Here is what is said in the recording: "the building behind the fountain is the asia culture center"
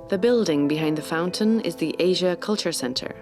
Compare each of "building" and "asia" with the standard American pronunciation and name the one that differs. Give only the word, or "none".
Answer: none